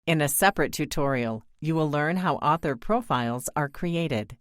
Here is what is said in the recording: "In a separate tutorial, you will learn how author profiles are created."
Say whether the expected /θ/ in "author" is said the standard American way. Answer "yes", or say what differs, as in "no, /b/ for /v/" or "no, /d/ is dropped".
yes